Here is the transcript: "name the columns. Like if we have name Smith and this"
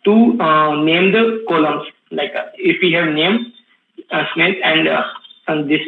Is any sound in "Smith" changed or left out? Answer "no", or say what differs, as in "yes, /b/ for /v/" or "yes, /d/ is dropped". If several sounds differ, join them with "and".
yes, /t/ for /θ/